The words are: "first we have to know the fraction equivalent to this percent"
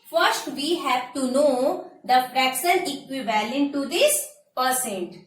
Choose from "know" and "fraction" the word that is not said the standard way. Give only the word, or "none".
fraction